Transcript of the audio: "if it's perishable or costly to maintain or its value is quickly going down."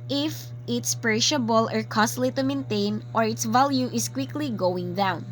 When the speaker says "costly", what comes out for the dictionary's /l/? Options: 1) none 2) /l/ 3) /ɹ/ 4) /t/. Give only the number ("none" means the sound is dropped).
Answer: 2